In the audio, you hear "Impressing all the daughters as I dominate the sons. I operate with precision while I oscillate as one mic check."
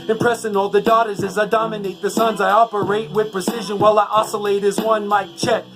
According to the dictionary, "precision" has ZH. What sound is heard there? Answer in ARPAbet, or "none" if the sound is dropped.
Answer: ZH